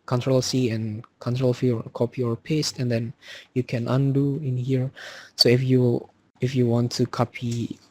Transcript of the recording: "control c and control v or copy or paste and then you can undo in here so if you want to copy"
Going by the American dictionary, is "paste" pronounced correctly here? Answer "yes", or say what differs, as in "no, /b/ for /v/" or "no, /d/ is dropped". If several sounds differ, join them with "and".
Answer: yes